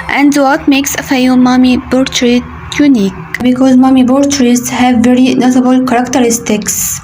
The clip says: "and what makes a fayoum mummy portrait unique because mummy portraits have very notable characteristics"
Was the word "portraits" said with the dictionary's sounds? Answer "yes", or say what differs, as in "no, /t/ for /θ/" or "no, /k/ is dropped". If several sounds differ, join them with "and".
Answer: no, /b/ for /p/